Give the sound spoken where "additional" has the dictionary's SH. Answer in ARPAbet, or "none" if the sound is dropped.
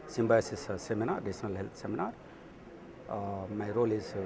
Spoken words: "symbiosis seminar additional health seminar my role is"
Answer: S